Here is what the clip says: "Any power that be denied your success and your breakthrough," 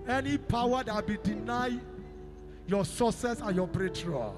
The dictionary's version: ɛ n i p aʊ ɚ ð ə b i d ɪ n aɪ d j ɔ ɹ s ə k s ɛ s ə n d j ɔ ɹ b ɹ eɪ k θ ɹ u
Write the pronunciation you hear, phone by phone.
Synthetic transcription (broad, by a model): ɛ n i p aʊ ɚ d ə b i d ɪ n aɪ j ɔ s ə s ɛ s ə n j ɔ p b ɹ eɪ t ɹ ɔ